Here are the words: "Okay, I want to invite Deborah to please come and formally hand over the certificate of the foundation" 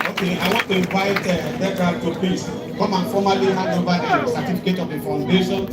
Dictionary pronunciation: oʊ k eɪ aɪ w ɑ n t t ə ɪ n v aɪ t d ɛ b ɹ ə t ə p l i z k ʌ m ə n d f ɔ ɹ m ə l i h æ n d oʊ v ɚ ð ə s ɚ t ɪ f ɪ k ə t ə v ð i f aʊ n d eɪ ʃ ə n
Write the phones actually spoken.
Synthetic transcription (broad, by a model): oʊ k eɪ aɪ w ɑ n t t ə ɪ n v aɪ t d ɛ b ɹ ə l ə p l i s k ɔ m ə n f ɔ m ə l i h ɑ d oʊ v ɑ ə s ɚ t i f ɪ k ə t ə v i f aʊ n d eɪ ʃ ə n